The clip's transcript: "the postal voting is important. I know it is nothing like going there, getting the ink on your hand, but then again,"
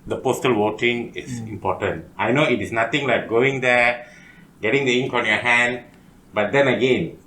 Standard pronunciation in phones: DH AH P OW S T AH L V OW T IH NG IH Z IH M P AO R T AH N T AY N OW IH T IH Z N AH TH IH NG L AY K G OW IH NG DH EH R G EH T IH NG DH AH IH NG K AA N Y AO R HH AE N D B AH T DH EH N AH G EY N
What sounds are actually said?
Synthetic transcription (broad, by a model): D AH P OW S T AH L W OW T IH NG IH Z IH M P AO T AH N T AY N OW IH T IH S N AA T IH NG L AY K G OW IH NG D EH G EH T IH NG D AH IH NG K AA N Y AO HH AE N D B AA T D EH N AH G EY N